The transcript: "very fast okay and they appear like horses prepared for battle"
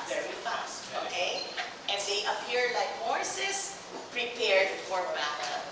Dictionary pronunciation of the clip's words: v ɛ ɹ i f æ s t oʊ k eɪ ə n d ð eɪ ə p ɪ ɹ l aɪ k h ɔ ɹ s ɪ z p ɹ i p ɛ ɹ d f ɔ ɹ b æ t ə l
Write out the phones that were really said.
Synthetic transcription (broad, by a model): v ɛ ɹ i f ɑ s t oʊ k eɪ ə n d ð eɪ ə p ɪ ɹ l aɪ k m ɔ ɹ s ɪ s p ɹ i p ɛ ɹ d f ɔ ɹ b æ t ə